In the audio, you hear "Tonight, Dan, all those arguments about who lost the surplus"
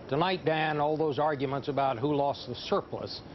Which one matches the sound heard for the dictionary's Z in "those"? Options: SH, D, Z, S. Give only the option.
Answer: Z